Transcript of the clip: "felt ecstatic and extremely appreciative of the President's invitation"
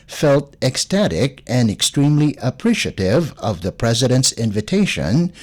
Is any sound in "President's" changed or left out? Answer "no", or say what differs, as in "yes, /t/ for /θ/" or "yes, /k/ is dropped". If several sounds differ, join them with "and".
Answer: no